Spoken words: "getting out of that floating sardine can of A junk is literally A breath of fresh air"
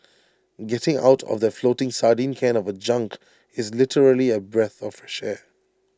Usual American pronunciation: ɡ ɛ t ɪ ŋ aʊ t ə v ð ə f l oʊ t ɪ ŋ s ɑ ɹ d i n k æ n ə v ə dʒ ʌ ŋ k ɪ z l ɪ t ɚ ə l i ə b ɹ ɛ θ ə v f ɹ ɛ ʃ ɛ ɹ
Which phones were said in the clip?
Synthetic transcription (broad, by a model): ɡ ɛ t ɪ ŋ aʊ t ə v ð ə f l oʊ t ɪ ŋ s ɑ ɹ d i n k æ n ə v ə dʒ ʌ ŋ k ɪ z l ɪ t ɚ ə l i ə b ɹ ɛ θ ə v f ɹ ɛ ʃ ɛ